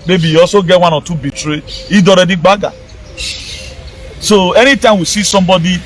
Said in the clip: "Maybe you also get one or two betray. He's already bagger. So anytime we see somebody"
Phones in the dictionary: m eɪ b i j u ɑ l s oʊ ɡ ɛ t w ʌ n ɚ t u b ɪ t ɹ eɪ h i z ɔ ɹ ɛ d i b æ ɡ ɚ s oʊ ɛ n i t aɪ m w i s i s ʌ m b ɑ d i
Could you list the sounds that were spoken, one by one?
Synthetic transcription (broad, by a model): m eɪ b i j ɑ s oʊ ɡ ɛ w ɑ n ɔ t u b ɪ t ɹ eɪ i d ɔ ɹ ɛ d i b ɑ ɡ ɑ s oʊ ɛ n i t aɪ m w i s i s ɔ m b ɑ d i